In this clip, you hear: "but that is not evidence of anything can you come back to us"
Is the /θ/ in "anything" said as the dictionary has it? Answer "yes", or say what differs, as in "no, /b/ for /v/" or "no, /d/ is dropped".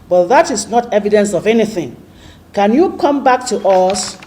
yes